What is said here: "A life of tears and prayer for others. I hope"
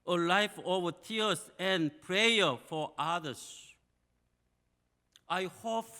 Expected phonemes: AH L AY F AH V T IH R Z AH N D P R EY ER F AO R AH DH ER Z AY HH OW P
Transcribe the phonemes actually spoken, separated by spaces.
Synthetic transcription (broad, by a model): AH L AY F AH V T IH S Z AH N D P R EY ER F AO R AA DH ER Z AY HH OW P